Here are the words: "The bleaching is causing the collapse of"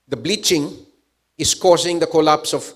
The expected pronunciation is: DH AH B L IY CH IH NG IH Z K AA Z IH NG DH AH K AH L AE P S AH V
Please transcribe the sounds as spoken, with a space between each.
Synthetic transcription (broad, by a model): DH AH B L IY CH IH NG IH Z K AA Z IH NG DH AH K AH L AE P S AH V